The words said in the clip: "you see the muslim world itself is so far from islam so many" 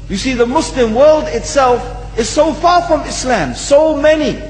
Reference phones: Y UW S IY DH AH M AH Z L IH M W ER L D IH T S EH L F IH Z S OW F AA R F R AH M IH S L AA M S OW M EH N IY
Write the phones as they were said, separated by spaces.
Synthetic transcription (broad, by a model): Y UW S IY DH AH M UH S L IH M W ER L D IH T S EH L F IH Z S OW F AA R F R AH M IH S L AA M S OW M EH N IY